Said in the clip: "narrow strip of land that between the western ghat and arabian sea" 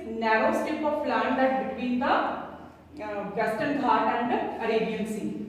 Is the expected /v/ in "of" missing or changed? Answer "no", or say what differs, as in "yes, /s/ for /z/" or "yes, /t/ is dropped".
yes, /p/ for /v/